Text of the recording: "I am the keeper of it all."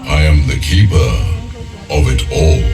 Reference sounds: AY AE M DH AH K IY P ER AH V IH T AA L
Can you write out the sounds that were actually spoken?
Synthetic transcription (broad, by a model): AY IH M DH AH K IY P ER AH V IH T AA L